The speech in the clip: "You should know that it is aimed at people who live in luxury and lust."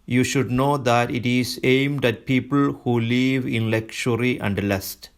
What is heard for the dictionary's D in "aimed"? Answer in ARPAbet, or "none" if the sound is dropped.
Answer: D